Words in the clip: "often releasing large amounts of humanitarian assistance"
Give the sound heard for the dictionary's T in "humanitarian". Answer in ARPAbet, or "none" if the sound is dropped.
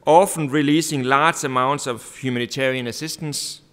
S